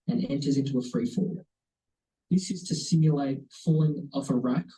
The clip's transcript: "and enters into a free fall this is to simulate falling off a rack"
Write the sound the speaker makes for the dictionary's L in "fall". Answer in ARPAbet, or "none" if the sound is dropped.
W